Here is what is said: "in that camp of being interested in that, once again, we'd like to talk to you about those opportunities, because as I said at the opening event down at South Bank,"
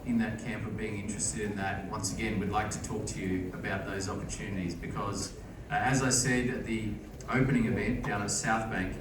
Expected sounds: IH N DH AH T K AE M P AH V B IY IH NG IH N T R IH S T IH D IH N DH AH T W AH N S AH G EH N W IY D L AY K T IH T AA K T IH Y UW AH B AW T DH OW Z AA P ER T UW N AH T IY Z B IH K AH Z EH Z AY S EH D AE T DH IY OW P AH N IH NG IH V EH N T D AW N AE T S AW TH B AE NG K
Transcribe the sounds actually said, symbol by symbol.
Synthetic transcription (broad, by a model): IH N DH AH T K AE M P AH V B IY IH NG IH N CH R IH S T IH D IH N DH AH T W AH N S AH G EH N W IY D L AY K T IH T AA K T IH Y UW AH B AW T DH OW Z AA P ER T UW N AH T IY Z B IH K AH Z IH Z AY S EH D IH T DH IY OW P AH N IH NG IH V EH N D AW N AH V S AW TH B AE NG K